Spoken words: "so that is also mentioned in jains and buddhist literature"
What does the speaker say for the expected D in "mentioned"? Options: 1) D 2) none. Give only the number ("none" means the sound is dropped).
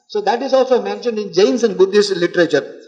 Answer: 1